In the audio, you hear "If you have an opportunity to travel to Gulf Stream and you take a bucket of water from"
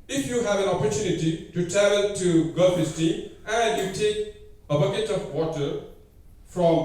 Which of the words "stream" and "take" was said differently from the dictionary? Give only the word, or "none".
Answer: stream